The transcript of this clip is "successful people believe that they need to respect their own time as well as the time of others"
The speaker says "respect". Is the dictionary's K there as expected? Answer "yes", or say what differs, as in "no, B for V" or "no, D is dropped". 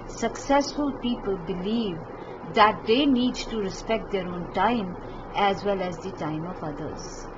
yes